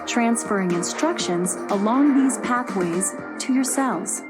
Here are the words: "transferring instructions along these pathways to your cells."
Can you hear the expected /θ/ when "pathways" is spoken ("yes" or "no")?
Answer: yes